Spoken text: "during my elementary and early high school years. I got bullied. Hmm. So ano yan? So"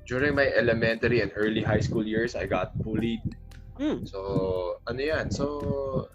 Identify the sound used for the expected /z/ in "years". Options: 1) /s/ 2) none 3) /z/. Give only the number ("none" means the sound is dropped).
1